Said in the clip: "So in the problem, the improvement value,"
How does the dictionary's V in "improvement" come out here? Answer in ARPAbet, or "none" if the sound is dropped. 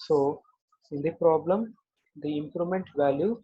none